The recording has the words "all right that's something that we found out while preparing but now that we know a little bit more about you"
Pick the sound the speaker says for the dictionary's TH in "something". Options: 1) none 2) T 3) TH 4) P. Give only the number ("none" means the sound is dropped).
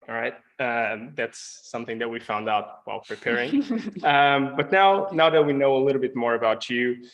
3